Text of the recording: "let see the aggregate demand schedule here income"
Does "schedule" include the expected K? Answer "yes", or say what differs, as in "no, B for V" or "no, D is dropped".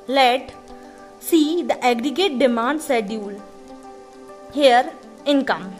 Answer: no, K is dropped